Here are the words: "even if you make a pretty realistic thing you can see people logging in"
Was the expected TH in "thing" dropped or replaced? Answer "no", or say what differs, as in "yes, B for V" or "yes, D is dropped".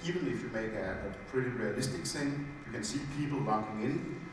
yes, S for TH